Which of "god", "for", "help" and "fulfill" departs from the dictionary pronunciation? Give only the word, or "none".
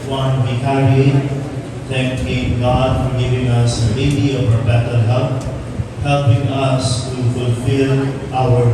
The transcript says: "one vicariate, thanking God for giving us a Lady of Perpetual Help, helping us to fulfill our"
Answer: help